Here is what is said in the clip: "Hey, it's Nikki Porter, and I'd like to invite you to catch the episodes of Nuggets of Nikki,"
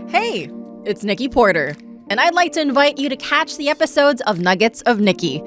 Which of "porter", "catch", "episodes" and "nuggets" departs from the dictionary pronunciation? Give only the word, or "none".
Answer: none